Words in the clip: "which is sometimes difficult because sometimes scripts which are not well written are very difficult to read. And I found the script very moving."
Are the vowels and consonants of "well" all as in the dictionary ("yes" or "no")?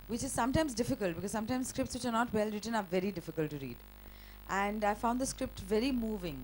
yes